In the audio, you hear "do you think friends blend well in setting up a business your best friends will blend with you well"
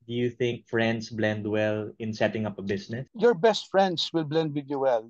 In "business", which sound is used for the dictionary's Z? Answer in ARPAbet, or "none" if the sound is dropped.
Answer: S